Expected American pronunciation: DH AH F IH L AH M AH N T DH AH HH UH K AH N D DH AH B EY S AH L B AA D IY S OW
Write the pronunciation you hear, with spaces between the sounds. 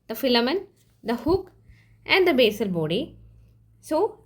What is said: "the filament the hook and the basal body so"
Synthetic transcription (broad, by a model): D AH F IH L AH M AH N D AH HH UH K AH N D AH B EY S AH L B AA D IY S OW